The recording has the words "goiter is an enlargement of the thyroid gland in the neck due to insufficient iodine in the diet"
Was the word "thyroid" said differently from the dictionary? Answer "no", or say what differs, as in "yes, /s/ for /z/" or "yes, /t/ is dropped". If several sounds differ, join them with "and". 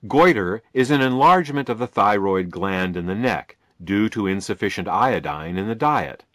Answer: no